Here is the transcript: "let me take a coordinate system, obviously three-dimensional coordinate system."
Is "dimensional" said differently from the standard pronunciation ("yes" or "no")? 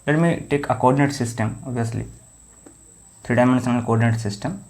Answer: yes